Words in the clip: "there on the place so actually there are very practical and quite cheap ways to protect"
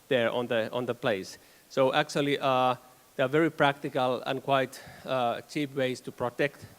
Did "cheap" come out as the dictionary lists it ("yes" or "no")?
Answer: yes